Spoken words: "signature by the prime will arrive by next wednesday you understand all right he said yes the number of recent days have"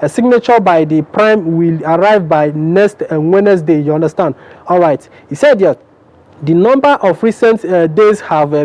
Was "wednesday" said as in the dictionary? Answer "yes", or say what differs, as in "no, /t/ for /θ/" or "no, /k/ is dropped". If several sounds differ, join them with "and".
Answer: no, /s/ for /z/